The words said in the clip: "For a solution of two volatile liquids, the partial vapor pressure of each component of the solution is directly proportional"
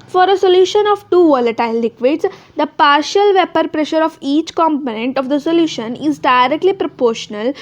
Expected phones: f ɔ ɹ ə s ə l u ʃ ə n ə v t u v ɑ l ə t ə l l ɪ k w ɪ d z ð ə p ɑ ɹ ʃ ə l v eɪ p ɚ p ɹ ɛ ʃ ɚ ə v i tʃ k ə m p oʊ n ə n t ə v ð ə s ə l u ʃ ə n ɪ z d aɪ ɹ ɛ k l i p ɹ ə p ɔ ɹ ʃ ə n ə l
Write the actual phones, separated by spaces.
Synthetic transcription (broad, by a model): f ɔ ɹ ə s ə l u ʃ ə n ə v t u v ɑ l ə t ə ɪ l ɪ k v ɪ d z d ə p ɑ ɹ ʃ ə l v eɪ p ɚ p ɹ ɛ ʃ ɚ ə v i tʃ k ə m p oʊ n ə n t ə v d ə s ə l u ʃ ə n ɪ z d aɪ ɹ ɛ k l i p ɹ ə p ɔ ɹ ʃ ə n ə l